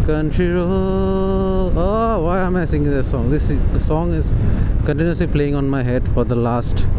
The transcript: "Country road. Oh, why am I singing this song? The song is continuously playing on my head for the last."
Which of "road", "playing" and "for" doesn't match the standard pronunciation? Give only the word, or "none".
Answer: road